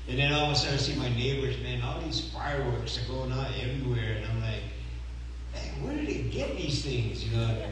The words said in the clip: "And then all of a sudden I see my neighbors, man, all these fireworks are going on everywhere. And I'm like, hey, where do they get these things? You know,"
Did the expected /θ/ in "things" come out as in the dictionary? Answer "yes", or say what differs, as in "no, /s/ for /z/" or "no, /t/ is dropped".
yes